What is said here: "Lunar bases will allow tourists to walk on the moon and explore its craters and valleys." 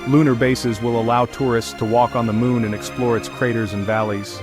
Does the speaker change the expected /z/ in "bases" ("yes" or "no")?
no